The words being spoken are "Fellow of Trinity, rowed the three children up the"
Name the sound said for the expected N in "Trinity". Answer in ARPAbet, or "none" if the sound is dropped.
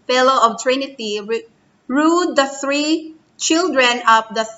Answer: N